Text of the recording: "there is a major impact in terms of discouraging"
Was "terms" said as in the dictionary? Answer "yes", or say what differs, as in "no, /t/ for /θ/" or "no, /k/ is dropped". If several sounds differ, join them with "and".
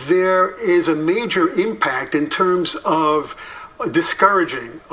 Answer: yes